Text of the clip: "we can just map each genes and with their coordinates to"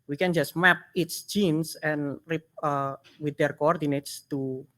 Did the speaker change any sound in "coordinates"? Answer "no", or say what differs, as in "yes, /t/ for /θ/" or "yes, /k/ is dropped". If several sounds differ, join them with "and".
no